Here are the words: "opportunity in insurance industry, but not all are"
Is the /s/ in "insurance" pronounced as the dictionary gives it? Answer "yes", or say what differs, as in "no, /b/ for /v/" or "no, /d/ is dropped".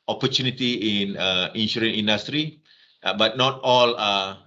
no, /s/ is dropped